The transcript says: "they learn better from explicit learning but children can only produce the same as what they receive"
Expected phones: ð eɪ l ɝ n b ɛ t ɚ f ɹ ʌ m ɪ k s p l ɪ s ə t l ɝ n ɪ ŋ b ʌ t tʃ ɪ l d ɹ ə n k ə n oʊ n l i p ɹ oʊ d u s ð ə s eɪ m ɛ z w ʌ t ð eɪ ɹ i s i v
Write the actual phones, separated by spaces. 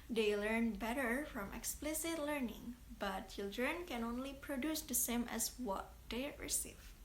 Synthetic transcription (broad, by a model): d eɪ l ɝ n b ɛ t ɚ f ɹ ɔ m ɪ k s p l ɪ s ə t l ɝ n ɪ ŋ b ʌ t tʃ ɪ l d ɹ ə n k ə n oʊ n l i p ɹ oʊ d u s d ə s eɪ m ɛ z w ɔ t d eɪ ɹ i s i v